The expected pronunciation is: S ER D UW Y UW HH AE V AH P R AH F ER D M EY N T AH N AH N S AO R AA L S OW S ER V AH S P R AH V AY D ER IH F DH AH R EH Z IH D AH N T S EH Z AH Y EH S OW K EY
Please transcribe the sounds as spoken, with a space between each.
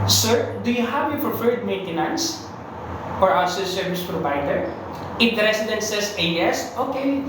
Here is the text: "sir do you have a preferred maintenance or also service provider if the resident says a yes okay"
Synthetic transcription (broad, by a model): S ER D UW Y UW HH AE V AH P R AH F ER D M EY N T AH N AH N S AO R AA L S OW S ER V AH S P R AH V AY D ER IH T R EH S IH D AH N S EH S AH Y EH S OW K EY